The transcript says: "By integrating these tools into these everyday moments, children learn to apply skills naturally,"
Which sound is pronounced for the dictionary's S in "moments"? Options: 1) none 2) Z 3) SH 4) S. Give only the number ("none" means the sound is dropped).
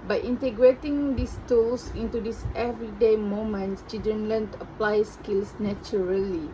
1